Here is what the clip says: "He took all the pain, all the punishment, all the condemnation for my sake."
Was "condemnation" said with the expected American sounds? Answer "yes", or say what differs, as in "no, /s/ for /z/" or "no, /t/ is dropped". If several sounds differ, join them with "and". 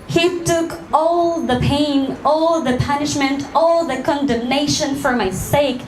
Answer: yes